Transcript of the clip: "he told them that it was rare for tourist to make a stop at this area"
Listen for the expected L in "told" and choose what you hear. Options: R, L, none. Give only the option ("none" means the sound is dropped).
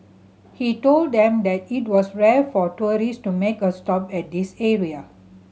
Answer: L